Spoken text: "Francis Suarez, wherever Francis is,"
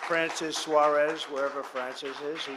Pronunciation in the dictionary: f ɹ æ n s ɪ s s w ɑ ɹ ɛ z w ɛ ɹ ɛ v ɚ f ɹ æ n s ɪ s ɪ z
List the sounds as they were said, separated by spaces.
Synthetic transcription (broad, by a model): f ɹ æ n s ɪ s s w ɑ ɹ ɛ z w ɛ ɹ ɛ v ɚ f ɹ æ n s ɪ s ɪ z